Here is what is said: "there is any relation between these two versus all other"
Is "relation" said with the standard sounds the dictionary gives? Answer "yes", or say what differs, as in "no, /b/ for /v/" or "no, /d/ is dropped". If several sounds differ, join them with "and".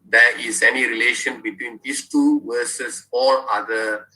yes